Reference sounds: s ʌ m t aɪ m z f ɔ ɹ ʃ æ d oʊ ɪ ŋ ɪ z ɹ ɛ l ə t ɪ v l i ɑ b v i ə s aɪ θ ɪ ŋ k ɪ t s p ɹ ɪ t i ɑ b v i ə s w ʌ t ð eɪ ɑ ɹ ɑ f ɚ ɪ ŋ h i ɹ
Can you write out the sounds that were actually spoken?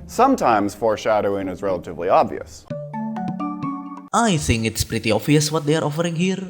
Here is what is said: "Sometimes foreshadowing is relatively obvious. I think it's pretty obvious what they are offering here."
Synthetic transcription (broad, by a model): s ʌ m t aɪ m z f ɔ ɹ ʃ æ d oʊ ɪ ŋ ɪ z ɹ ɛ l ə t ɪ v l i ɑ b v i ə s aɪ θ ɪ ŋ k ɪ t s p ɹ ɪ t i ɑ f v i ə s w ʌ t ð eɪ ɑ ɹ ɑ f ɚ ɪ ŋ h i ɹ